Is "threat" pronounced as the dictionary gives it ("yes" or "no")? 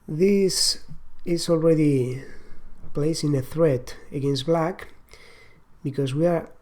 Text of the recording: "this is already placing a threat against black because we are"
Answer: yes